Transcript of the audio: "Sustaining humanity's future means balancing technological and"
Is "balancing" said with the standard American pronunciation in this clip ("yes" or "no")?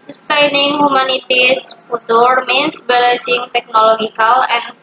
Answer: no